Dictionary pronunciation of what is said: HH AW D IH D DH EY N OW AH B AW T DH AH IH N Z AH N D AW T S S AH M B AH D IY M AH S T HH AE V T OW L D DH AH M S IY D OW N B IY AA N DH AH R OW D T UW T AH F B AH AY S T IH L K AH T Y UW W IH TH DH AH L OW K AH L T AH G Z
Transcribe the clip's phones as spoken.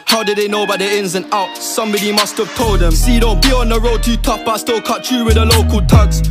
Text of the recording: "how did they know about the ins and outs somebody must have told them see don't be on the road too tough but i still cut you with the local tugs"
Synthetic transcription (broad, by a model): HH AW D IH D DH EY N OW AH B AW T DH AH IH N Z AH N AW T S S AH M B AH D IY M AH S T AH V T OW L D DH AH M S IY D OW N B IY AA N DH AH R OW D T UW T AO P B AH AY S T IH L K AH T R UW W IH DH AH L OW K AH L T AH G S